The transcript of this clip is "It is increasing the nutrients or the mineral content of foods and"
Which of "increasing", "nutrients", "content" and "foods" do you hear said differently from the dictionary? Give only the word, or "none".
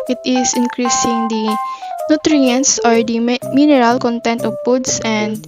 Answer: foods